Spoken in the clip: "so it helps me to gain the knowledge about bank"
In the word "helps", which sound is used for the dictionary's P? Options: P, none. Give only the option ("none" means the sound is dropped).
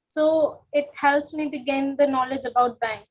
none